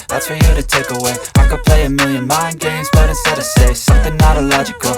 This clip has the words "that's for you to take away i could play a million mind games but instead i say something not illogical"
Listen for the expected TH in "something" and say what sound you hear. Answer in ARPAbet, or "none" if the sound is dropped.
TH